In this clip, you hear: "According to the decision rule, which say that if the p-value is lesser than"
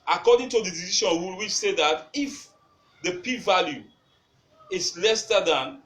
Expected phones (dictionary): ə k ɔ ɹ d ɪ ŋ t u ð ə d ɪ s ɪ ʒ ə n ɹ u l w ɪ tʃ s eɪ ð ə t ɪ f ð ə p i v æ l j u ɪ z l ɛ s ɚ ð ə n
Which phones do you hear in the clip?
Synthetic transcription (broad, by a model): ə k ɔ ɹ d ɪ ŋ t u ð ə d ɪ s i ʃ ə n w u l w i s eɪ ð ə t ɪ f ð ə p i v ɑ l j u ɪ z l ɛ s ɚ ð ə n